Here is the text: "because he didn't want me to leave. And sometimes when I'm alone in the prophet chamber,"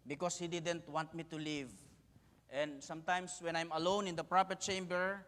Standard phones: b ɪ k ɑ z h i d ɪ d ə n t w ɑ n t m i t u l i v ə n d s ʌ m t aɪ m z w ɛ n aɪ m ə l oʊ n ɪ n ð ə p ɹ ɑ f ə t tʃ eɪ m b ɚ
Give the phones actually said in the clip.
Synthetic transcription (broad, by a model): b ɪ k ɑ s h i d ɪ d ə n t w ɑ n t m i t u l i v ə n d s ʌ m t aɪ m s w ɛ n aɪ m ə l oʊ n ɪ n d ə p ɹ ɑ p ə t tʃ eɪ m b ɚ